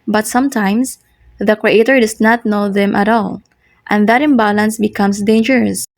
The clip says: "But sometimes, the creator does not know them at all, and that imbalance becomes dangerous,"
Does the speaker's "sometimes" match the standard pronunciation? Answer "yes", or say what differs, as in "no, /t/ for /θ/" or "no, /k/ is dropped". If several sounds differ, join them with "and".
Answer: no, /s/ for /z/